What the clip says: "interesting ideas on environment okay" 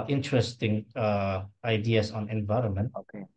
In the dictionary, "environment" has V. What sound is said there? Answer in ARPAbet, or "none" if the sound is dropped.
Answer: V